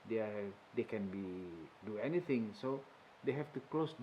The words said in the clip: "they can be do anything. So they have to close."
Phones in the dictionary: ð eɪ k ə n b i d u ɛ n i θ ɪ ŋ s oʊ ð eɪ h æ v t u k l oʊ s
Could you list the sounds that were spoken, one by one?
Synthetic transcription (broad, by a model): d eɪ k ə n b i d u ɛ n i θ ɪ ŋ s oʊ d eɪ h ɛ f t u k l oʊ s